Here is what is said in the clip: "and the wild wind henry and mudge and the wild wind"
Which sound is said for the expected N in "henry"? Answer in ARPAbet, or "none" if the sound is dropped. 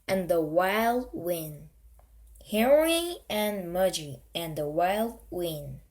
none